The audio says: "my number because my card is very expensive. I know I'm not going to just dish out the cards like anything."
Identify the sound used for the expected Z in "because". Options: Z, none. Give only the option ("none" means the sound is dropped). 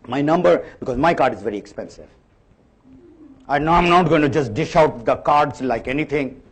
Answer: Z